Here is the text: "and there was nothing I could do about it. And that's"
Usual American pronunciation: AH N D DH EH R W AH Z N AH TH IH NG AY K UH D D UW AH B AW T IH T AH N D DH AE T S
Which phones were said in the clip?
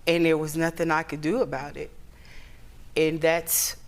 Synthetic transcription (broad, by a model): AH N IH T W AH Z N AH TH IH NG AY K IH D D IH AH B AW T IH T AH N DH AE T S